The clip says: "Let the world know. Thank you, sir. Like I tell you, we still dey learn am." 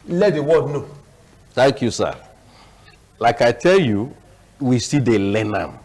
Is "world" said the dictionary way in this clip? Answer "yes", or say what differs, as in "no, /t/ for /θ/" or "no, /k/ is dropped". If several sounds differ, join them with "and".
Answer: no, /l/ is dropped